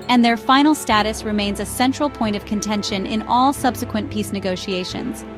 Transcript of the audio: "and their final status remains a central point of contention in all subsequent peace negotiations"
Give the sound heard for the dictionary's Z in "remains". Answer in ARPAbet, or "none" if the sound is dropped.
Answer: Z